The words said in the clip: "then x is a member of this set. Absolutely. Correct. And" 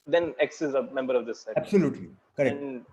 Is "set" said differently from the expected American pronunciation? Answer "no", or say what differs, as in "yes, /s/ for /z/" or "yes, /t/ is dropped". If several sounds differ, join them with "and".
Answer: yes, /t/ is dropped